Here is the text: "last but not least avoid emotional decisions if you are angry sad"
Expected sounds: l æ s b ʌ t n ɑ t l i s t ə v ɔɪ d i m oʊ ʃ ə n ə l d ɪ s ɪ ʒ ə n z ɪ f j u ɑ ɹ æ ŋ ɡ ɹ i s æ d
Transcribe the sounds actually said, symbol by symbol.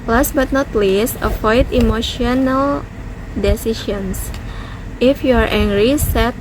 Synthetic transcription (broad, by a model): l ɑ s b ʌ t n ɑ t l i s ə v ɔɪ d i m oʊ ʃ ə n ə l d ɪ s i ʃ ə n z ɪ f j u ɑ ɹ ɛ ŋ ɡ ɹ i s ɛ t